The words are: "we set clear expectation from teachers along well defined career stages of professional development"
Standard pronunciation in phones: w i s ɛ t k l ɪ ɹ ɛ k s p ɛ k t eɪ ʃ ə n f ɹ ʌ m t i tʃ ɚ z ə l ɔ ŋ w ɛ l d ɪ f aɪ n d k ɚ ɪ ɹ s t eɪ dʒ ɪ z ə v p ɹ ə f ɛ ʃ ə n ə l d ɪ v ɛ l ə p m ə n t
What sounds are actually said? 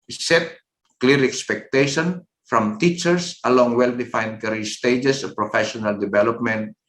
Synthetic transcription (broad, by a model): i s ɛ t k l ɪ ɹ ɛ k s p ɛ k t eɪ ʃ ə n f ɹ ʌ m t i tʃ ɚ s ə l ɔ ŋ w ɛ l d ɪ f aɪ n d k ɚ ɹ s t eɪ dʒ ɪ s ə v p ɹ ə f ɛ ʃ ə n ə l d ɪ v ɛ l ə p m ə n t